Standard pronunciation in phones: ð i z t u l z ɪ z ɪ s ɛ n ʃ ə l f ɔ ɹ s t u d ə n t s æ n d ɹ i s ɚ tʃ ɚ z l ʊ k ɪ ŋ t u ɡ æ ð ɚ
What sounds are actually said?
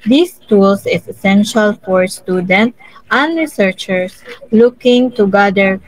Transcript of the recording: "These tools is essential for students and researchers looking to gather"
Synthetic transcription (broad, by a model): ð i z t u l s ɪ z ɪ s ɛ n ʃ ə l f ɔ ɹ s t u d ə n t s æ n d ɹ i s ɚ tʃ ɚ s l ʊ k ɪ ŋ t u ɡ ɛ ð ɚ